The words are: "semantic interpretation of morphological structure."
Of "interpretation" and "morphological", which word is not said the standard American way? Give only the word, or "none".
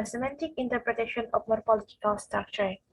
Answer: morphological